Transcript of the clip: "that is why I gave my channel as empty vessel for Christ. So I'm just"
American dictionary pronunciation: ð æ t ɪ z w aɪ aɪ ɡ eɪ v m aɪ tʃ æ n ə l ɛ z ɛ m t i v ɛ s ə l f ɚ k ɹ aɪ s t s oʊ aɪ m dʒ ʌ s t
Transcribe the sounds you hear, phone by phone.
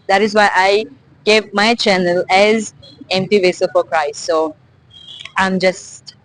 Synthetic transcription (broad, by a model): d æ t ɪ z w aɪ aɪ ɡ eɪ v m aɪ tʃ æ n ə l ɛ z ɛ m t i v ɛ s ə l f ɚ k ɹ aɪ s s oʊ aɪ m dʒ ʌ s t